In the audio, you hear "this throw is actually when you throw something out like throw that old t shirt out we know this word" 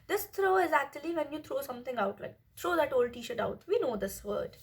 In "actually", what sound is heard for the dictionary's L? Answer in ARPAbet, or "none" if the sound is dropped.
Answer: L